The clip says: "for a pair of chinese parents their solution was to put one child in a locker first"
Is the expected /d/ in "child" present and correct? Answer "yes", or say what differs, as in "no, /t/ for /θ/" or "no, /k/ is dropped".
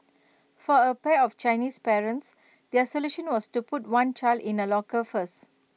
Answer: yes